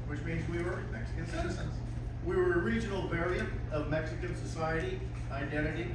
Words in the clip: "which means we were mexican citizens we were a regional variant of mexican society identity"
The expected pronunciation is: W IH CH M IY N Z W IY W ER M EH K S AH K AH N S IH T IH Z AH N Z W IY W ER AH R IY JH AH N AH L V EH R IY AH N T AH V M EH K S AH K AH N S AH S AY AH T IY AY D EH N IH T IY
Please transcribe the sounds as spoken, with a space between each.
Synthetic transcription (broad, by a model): W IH CH M IY N Z W IY W ER M EH K S AH K AH N S IH T IH Z AH N Z W IY W ER AH R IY JH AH N L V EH R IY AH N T AH V M EH K S AH K AH N S AH S AY AH T IY AY D EH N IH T IY